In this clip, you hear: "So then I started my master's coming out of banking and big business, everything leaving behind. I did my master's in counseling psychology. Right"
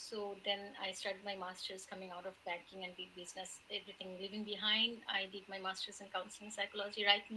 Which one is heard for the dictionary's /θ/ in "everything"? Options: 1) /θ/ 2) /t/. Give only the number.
2